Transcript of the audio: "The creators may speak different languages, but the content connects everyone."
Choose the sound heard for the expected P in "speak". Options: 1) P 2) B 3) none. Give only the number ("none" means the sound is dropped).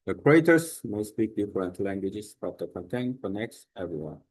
2